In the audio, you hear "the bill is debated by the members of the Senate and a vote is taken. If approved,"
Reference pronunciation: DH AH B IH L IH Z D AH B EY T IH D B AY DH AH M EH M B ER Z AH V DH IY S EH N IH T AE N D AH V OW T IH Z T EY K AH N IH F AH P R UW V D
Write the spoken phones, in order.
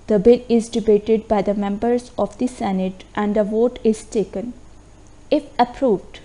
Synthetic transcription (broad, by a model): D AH B IH L IH Z D AH B EY T IH D B AY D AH M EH M B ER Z AH V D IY S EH N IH T AE N D AH V OW T IH Z T EY K AH N IH F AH P R UW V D